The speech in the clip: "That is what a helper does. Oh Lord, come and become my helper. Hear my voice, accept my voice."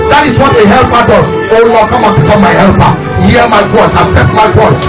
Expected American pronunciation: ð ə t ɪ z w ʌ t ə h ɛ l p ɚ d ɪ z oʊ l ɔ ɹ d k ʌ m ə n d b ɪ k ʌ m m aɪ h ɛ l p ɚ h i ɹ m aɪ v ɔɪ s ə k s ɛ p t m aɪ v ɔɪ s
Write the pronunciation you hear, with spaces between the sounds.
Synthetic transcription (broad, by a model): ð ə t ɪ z w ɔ t ə h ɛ l p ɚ d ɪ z oʊ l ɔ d k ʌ m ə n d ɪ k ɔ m m aɪ h ɛ l p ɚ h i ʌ m aɪ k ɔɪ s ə s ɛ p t m aɪ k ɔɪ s